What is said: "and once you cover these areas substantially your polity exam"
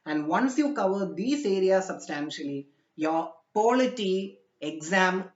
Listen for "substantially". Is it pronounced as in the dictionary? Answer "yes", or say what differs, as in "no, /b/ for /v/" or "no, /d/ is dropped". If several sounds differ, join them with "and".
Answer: yes